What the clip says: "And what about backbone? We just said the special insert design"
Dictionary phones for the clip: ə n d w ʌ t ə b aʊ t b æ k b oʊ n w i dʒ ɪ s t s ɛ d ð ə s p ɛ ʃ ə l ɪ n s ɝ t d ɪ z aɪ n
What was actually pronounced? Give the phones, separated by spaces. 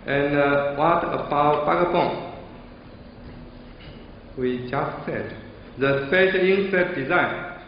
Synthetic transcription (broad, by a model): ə n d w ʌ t ə b aʊ t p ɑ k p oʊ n w i dʒ ɪ s t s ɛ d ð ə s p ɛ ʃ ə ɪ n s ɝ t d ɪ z aɪ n